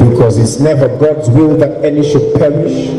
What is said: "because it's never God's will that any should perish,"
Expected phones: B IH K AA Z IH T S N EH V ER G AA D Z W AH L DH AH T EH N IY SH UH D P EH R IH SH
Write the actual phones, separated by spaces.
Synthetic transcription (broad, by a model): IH K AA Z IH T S N EH V ER G AA D Z W AH L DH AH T EH N IY SH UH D P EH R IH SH